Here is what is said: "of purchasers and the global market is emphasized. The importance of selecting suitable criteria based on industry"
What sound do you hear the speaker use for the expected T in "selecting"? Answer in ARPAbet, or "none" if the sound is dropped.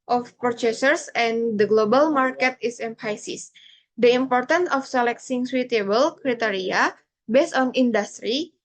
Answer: S